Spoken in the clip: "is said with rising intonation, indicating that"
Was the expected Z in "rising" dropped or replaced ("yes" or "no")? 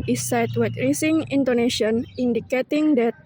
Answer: yes